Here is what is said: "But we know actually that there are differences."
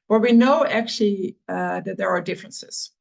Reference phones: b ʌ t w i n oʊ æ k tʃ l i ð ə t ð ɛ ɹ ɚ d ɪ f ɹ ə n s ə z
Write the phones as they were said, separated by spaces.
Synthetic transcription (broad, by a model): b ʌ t w i n oʊ æ k tʃ l i ð ə t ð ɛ ɹ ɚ d ɪ f ɹ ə n s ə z